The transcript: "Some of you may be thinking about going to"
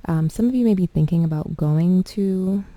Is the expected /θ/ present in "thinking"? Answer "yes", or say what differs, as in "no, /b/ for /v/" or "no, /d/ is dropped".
yes